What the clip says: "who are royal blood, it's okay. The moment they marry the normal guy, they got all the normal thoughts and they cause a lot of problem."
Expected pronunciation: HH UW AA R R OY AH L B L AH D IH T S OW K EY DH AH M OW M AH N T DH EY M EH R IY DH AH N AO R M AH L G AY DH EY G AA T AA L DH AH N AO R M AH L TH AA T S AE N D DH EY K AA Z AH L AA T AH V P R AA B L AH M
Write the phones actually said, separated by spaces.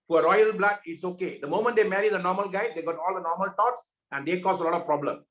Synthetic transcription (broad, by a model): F AA R R OY AH L B L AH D IH T S OW K EY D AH M OW M AH N T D EY M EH R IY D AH N AO R M AH L G AY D EY G AA T AA L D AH N AO R M AH L T AA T S AE N D EY K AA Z AH L AA T AH V P R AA B L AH M